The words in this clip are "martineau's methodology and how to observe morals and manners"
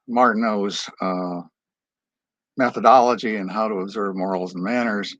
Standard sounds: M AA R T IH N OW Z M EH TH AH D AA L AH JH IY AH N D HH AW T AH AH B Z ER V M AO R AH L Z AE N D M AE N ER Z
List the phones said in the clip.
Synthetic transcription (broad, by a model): M AA R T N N OW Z M EH TH AH D AA L AH JH IY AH N HH AW T AH AH B Z ER V M AO R L Z N M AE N ER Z